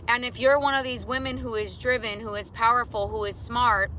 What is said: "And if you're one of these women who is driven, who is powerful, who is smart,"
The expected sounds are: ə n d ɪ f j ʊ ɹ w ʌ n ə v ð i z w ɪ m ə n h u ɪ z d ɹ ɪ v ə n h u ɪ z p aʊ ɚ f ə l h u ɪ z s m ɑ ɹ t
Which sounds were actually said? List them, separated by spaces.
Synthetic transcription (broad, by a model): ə n ɪ f j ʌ ɹ w ʌ n ə v ð i z w ɪ m ə n h u ɪ z d ɹ ɪ v ə n h u ɪ z p aʊ ɚ f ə l h u ɪ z s m ɑ ɹ t